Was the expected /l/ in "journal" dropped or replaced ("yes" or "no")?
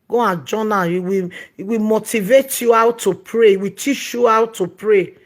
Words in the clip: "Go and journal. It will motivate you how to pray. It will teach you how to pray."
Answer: yes